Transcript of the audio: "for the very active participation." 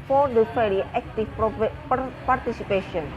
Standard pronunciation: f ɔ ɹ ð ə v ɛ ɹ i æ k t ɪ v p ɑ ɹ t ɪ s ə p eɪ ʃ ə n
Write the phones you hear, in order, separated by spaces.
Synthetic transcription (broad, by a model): f ɔ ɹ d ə f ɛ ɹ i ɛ k t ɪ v p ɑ ɹ t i s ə p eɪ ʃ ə n